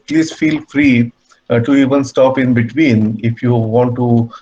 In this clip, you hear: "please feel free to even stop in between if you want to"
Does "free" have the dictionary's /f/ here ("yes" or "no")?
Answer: yes